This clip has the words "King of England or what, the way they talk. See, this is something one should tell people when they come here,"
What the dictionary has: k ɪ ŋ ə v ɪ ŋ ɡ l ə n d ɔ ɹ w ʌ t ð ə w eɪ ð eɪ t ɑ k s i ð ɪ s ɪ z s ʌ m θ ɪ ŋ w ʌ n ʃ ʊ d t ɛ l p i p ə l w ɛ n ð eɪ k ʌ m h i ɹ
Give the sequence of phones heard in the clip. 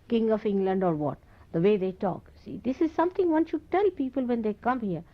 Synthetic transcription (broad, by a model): k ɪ ŋ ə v ɪ ŋ ɡ l ə n d ɔ ɹ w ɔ t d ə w eɪ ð eɪ t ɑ k s i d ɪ s ɪ z s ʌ m t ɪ ŋ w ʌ n ʃ ʊ d t ɛ l p i p ə l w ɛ n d eɪ k ʌ m h i ɹ